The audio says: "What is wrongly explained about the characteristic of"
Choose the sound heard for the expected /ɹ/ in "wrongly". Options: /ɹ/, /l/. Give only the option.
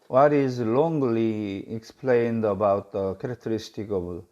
/l/